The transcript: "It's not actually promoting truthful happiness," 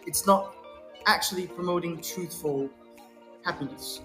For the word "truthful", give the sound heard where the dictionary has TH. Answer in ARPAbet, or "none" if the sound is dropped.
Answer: TH